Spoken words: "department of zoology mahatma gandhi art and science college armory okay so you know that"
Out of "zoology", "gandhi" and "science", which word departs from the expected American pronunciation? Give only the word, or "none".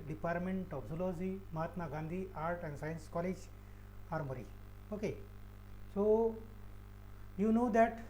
zoology